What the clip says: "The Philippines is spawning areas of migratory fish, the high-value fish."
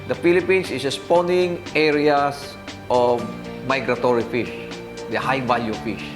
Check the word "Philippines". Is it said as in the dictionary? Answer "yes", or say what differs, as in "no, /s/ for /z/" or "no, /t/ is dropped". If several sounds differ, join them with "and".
no, /s/ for /z/